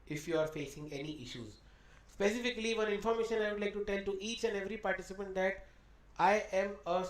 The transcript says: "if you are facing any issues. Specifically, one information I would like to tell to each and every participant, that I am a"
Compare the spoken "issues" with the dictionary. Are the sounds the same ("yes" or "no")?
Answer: yes